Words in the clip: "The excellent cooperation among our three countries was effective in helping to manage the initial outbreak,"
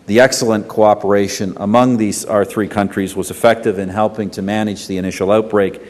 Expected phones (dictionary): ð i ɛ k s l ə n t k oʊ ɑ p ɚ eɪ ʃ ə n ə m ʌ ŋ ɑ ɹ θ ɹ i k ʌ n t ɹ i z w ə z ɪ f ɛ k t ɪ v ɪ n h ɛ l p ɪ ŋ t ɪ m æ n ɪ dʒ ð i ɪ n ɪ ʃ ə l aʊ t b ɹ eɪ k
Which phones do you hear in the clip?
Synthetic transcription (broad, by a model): ð i ɛ k s l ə n k oʊ ɑ p ɚ eɪ ʃ ə n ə m ʌ ŋ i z θ ɹ i k ʌ n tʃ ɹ i z w ə z ɪ f ɛ k t ɪ v ɪ n h ɛ l p ɪ ŋ t ɪ m æ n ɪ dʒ ð i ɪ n ɪ ʃ l aʊ t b ɹ eɪ k